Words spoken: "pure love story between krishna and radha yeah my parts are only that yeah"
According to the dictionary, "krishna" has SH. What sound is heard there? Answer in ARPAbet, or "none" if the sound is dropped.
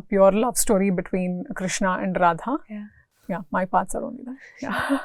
SH